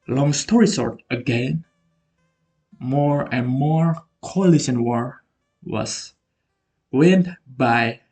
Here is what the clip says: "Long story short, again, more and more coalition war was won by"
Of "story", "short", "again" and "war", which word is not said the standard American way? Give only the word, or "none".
short